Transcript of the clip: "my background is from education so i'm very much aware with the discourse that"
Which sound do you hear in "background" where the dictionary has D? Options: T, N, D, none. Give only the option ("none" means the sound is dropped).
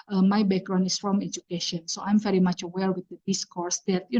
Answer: none